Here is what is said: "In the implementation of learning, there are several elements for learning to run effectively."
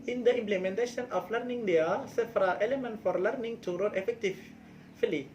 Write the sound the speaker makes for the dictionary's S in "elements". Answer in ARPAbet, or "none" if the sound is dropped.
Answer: none